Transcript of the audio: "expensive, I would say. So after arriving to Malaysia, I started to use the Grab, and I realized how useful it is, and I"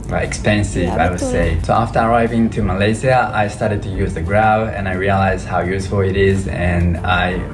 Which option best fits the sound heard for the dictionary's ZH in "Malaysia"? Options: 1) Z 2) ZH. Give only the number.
1